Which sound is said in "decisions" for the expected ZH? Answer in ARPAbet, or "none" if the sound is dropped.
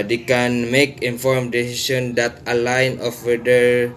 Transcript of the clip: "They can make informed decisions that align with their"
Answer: S